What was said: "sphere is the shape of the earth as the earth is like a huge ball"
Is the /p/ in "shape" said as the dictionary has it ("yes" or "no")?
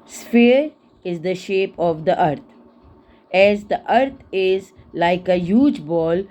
yes